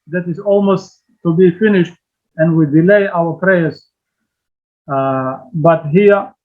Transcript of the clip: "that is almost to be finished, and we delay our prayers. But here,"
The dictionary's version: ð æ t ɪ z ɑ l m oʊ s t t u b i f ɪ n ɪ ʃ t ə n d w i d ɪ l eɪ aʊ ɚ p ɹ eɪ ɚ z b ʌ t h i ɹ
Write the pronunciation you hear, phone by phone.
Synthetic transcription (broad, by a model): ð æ t ɪ z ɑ l m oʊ s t t u b i f ɪ n ɪ ʃ t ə n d w i d ɪ l eɪ aʊ ɚ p ɹ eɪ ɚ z b ʌ t h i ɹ